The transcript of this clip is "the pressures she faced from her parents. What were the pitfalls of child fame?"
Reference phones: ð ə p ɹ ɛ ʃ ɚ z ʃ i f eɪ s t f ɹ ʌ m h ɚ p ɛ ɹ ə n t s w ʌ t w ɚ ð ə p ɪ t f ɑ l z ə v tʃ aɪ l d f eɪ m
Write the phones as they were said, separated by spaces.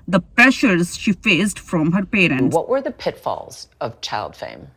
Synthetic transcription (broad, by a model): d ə p ɹ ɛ ʃ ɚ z ʃ i f eɪ s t f ɹ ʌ m h ɚ p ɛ ɹ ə n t w ʌ t w ɚ ð ə p ɪ t f ɑ l z ə v tʃ aɪ l d f eɪ m